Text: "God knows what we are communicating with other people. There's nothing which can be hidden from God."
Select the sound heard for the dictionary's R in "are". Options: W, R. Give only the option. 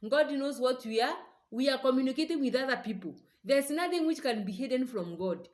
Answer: W